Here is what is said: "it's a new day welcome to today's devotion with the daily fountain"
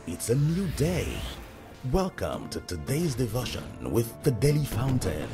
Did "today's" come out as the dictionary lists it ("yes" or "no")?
yes